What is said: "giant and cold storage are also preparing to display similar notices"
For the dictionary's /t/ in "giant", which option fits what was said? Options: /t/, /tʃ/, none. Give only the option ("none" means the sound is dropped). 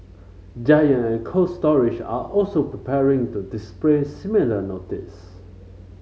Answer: none